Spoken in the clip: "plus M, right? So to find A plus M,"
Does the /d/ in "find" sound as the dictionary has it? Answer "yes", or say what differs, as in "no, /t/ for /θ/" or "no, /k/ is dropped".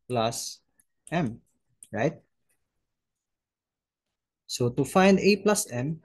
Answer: yes